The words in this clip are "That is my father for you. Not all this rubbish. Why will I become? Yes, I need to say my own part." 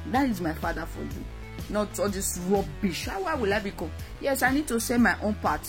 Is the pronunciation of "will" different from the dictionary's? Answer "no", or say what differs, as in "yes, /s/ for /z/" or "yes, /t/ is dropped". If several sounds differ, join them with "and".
no